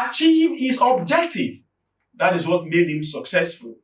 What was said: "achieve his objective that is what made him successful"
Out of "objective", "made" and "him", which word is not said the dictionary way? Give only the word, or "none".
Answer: none